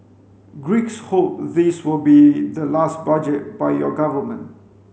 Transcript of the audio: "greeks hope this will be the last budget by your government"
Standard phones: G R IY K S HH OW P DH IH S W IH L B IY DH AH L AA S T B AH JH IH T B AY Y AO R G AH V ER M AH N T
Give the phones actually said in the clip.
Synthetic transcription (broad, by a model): G R IY K S HH OW P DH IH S W IH L B IY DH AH L AA S T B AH JH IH T B AY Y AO G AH V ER M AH N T